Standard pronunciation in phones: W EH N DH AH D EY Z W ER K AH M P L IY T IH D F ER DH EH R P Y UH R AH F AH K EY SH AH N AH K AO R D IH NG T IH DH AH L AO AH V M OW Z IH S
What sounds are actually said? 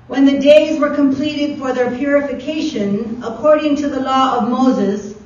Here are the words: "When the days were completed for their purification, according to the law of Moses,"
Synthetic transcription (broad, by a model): W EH N DH AH D EY Z W ER K AH M P L IY T IH D F ER DH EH R P Y UH R AH F AH K EY SH AH N AH K AO R D IH NG T IH DH AH L AO AH V M OW Z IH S